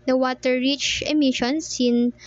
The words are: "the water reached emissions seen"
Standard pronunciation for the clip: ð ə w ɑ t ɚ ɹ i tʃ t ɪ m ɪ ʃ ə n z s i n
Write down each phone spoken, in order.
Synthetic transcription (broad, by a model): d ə w ɑ t ɚ ɹ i tʃ ɪ m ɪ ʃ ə n s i n